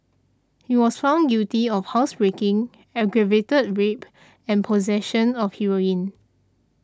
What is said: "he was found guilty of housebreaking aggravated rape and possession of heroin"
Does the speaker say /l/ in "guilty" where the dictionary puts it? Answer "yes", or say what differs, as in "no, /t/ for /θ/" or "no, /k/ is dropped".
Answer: no, /l/ is dropped